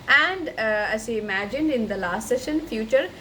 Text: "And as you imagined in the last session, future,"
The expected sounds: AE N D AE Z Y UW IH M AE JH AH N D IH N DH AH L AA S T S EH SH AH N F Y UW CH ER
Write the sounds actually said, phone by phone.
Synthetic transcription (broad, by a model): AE N D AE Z Y UW IH M AE JH AH N D IH N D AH L AA S T S EH SH AH N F Y UW CH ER